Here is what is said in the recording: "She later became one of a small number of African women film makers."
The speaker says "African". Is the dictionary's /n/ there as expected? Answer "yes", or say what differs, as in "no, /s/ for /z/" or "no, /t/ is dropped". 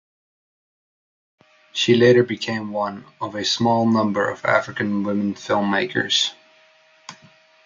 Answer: yes